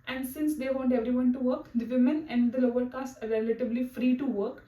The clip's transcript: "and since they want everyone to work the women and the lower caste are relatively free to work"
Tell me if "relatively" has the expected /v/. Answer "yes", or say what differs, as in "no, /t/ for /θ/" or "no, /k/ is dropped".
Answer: no, /b/ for /v/